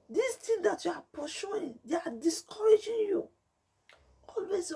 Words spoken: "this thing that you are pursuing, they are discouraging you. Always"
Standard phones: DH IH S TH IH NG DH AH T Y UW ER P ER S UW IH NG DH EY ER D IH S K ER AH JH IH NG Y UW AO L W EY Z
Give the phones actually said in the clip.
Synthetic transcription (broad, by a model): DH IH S T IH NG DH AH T Y UW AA P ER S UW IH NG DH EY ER D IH S K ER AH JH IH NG Y UW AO L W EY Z